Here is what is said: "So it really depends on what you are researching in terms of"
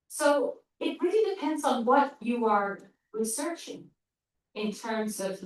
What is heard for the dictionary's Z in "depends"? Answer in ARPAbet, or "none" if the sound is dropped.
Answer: Z